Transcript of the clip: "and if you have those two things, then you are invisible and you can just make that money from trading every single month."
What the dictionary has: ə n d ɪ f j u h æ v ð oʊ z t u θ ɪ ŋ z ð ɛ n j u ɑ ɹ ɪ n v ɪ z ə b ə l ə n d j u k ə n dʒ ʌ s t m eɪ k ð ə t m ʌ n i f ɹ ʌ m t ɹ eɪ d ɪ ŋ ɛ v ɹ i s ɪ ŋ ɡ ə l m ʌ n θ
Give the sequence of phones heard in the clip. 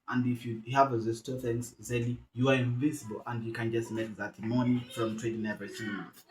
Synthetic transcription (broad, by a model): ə n d ɪ f j u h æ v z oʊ s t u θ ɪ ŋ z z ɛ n j u ɑ ɹ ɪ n v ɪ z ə b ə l ə n d j u k ə n dʒ ʌ s t m eɪ k ð ə t m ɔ n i f ɹ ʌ m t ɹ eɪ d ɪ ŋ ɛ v i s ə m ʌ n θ